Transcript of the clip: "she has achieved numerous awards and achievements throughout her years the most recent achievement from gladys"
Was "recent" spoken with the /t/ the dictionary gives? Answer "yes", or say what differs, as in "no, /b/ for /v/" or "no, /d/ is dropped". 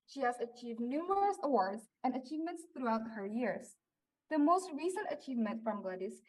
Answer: yes